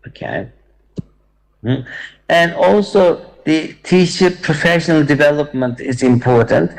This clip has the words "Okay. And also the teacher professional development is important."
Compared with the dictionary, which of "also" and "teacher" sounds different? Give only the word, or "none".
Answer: teacher